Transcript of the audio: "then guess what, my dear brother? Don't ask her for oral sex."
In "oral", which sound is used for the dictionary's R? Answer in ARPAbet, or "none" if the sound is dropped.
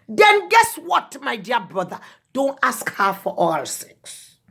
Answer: none